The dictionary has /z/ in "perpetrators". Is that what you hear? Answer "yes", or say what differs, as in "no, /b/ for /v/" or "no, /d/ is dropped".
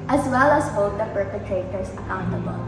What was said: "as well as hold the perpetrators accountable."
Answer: no, /s/ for /z/